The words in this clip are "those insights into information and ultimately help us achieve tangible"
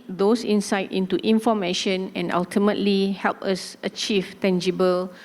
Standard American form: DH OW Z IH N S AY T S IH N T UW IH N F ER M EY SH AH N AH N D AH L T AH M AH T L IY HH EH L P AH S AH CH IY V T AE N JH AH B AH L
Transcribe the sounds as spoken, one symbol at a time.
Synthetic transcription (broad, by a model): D OW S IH N S AY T IH N T UW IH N F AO M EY SH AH N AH N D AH L T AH M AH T L IY HH EH L P AH S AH CH IY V T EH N JH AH B AH L